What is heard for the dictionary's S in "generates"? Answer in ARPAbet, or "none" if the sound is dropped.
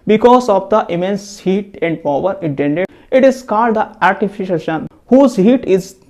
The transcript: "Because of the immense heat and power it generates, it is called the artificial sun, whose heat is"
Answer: none